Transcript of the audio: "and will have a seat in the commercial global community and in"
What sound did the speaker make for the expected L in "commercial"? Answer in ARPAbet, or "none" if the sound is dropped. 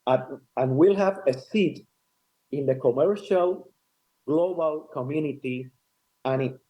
L